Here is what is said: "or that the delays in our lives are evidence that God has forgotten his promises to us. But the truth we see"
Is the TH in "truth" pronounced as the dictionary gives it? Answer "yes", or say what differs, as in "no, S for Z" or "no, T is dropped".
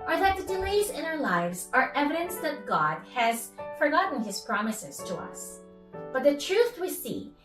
yes